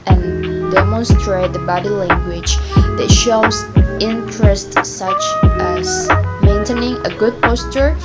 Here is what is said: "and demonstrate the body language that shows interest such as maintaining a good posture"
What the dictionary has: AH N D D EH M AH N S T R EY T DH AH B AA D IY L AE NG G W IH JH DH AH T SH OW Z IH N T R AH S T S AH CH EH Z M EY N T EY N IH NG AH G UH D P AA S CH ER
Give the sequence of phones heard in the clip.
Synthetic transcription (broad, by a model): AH N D D EH M AH N S T R EY T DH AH B AA D IY L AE NG G W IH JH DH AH T SH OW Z IH N T R AH S T S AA CH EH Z M EY N T EY N IH NG AH G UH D P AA S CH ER